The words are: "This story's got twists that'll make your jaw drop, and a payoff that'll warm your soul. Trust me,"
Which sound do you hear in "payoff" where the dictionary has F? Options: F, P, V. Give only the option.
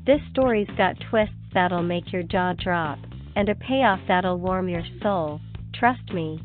F